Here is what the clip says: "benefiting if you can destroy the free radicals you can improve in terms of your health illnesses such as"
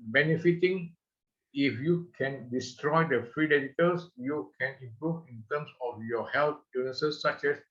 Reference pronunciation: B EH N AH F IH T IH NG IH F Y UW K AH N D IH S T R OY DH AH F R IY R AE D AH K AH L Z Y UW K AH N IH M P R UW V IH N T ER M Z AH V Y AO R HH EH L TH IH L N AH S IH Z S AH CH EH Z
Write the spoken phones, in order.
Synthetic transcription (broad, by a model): B EH N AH F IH T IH NG IH F Y UW K AH N D IH S T R OY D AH F R IY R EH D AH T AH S Y UW K AH N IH M P R UW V IH N T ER M S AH F Y AO HH EH L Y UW N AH S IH S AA CH EH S